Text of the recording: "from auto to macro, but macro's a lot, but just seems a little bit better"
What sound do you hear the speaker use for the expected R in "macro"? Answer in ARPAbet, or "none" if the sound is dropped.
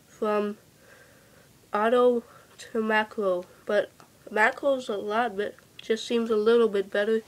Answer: none